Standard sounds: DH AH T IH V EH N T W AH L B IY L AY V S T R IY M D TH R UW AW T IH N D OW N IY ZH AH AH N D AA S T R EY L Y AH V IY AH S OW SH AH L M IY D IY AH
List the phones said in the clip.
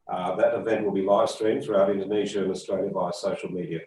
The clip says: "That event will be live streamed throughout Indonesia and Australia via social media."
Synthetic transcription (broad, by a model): DH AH T IH V EH N T W AH L B IY L AY V S T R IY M TH R UW AW T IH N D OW N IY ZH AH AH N AA S T R EY L Y AH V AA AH S OW SH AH L M IY D IY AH